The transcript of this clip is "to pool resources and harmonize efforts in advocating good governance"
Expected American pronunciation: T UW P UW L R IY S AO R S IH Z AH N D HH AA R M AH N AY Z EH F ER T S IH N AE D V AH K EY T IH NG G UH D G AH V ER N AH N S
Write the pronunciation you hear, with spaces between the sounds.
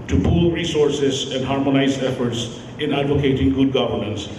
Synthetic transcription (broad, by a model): T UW P UW L R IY S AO R S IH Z AH N D HH AA R M AH N AY Z EH F ER T S IH N AE D V AH K EY T IH NG G UH D G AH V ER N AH N S